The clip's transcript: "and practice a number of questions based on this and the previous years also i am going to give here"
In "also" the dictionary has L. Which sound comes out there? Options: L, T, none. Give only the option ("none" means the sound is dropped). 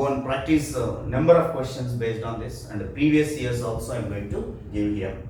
L